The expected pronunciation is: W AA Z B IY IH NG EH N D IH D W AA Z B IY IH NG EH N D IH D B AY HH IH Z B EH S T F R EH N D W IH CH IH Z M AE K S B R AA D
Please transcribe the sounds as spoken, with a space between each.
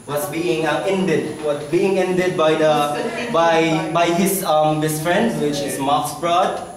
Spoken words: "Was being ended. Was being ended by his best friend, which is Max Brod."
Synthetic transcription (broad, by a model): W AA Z B IY IH NG EH N D IH D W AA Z B IY IH NG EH N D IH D B AY HH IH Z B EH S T F R EH N D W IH CH IH Z M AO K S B R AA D